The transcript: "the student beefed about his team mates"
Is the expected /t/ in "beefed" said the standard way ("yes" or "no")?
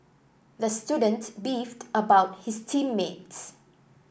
yes